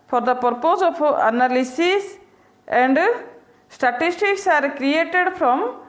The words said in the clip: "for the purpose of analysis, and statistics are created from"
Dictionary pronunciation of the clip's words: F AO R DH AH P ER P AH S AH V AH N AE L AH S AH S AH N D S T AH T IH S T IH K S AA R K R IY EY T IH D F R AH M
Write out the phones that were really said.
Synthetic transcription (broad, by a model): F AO R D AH P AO P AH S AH P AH N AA L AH S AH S AH N D S T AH T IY S T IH K S AA R K R IY EY T IH D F R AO M